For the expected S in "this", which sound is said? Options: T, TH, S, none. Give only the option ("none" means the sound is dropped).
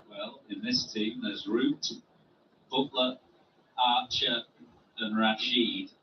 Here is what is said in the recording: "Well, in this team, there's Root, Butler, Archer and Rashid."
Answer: S